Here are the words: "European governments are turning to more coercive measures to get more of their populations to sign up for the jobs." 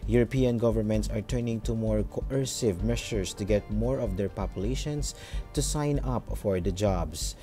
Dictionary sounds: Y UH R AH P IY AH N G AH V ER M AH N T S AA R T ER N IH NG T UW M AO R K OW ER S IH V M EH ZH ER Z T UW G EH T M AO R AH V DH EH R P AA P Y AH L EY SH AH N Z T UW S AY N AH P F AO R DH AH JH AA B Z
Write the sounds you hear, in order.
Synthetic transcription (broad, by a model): Y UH R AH P IY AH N G AH V ER M AH N T S AA R T ER N IH NG T UW M AO R K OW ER S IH V M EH SH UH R T UW G EH T M AO R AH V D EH R P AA P Y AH L EY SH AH N S T UW S AY N AH P F AO R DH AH JH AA B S